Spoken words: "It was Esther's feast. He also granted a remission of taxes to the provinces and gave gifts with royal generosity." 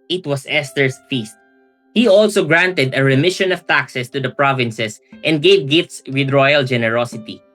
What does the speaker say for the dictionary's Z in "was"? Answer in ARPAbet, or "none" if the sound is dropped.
S